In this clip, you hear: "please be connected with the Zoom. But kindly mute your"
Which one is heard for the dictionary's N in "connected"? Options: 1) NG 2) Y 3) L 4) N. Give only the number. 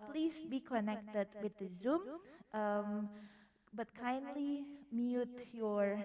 4